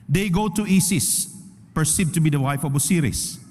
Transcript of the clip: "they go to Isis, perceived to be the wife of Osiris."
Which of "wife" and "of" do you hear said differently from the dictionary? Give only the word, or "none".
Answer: of